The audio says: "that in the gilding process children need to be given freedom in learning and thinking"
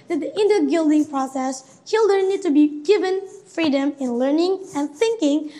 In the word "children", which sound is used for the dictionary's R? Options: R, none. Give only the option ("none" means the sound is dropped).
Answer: none